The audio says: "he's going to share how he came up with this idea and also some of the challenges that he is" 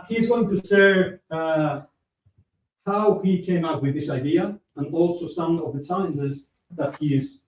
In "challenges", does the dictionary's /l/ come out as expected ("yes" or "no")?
no